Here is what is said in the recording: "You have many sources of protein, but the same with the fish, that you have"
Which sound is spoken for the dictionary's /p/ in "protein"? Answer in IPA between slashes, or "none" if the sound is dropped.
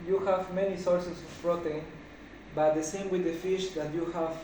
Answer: /f/